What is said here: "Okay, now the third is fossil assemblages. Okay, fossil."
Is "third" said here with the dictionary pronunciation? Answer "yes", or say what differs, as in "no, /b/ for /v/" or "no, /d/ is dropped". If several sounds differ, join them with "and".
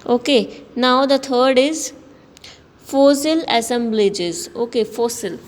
no, /t/ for /θ/